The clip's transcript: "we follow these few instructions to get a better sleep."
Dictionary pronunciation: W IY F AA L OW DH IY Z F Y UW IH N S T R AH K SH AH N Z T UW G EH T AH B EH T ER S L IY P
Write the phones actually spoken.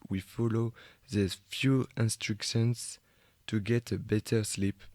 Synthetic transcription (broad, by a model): W IY F AA L OW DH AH F Y UW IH N S T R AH K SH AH N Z T UW G EH T AH B EH T ER S L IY P